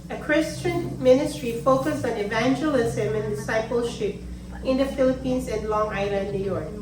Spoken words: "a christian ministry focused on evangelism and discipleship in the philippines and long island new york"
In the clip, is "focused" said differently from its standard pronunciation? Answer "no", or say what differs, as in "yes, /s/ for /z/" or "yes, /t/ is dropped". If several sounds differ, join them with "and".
yes, /t/ is dropped